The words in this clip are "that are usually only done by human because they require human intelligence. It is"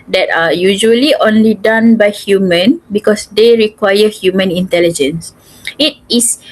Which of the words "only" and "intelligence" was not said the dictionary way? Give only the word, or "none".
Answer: none